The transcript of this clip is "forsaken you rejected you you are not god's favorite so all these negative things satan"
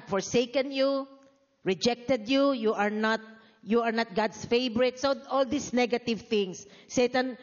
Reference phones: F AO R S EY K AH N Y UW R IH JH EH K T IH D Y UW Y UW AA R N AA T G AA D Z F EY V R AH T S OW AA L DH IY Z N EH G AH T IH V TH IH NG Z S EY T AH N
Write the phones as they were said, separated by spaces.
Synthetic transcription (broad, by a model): F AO R S EY K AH N Y UW R IH JH EH K T IH D Y UW Y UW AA R N AA T G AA D S F EY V R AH T S OW AA L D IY S N EH G AH T IH V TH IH NG S EY T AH N